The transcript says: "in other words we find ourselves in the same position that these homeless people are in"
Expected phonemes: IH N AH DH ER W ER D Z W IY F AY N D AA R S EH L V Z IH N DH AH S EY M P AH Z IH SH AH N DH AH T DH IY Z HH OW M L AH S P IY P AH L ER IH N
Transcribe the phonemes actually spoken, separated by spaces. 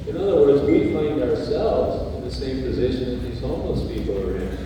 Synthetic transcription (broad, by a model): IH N AH DH ER W ER D Z W IY F AY N D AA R S EH L V Z IH N DH AH S EY M P AH Z IH SH AH N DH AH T DH IY Z HH OW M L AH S P IY P L ER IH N